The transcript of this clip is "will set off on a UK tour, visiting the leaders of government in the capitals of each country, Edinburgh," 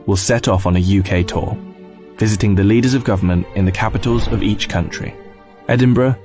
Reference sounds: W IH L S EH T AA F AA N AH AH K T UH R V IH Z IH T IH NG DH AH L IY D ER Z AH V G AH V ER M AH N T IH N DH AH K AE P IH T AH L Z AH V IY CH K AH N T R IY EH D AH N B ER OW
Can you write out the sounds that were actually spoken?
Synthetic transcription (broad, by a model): W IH L S EH T AA F N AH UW K T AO V IH Z IH T IH NG DH AH L IY D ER Z AH V G AH V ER M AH N T IH N DH AH K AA P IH T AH L Z AH V IY CH K AH N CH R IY EH D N B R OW